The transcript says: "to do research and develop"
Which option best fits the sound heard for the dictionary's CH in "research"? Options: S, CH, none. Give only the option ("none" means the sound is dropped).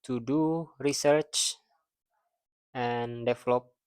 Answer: CH